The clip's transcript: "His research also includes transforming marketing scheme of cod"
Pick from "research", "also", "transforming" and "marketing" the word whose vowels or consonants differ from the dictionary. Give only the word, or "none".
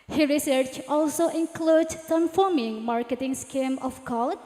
transforming